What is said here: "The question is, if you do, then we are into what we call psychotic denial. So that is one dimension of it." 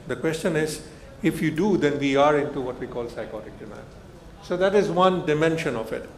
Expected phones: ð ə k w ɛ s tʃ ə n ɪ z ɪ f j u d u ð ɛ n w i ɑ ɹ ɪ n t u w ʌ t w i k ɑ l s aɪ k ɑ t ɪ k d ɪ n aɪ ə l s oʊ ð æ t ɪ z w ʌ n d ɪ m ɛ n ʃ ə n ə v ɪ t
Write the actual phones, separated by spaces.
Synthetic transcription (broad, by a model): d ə k w ɛ s tʃ ə n ɪ z ɪ f j u d u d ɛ n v i ɑ ɹ ɪ n t u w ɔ t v i k ɑ l s aɪ k ɑ t ɪ k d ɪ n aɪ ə n s oʊ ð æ t ɪ z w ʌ n d ɪ m ɛ n ʃ ə n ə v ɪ t